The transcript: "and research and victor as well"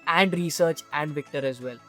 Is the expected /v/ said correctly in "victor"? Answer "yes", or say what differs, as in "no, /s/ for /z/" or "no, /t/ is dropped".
yes